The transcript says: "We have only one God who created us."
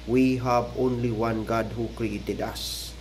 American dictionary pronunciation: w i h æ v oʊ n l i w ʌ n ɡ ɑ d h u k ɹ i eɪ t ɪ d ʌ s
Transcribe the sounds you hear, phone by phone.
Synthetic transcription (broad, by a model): w i h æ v oʊ n l i w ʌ n ɡ ɑ d h u k ɹ i eɪ t ɪ d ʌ s